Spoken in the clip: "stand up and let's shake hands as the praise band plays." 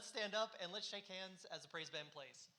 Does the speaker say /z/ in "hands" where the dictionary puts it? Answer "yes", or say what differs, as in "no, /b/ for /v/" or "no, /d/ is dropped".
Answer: yes